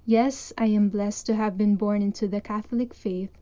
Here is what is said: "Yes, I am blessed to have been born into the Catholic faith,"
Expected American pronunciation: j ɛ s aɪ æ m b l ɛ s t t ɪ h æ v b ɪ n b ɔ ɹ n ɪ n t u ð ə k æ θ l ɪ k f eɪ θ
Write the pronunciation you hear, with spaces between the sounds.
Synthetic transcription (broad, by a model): j ɛ s aɪ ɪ m b l ɛ s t t ɪ h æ v b ɪ n b ɔ ɹ n ɪ n t u ð ə k æ θ l ɪ k f eɪ θ